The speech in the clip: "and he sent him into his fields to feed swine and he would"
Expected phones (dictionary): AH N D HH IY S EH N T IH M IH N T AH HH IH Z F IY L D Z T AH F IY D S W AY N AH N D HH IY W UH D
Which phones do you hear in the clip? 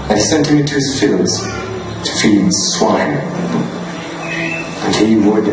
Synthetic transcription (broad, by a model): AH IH S EH N T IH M IH N T AH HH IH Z F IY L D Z T AH F IY D S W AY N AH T HH IY W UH D